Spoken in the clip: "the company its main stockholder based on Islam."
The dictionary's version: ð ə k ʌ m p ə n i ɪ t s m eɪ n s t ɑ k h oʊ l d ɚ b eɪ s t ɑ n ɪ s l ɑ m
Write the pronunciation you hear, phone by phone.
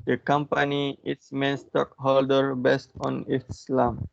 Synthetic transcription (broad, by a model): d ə k ʌ m p ə n i ɪ t s m eɪ n s t ɑ k h oʊ l d ɚ b eɪ s t ɑ n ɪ s l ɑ m